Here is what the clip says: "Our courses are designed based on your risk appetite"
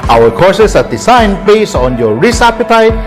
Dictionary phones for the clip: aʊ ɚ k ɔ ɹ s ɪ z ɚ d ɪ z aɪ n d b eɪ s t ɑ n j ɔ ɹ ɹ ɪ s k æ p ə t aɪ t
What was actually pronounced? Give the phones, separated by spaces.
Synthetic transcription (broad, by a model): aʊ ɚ k ɔ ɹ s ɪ s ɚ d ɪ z aɪ n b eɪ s ɑ n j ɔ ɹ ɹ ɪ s æ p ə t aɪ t